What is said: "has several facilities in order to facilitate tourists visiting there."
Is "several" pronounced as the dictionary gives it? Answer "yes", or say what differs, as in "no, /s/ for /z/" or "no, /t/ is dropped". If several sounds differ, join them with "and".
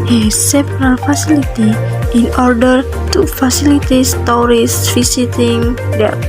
no, /p/ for /v/